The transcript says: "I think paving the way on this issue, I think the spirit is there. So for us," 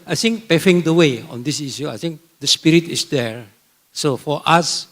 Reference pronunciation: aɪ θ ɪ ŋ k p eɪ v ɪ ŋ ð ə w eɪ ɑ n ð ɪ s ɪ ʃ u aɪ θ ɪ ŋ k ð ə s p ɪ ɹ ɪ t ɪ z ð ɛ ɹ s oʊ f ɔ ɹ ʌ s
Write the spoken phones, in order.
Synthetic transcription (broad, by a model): aɪ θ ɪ ŋ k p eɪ f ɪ ŋ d ə w eɪ ɑ n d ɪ s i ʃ u aɪ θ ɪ ŋ k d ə s p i ɹ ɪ t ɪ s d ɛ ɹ s oʊ f ɔ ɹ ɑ s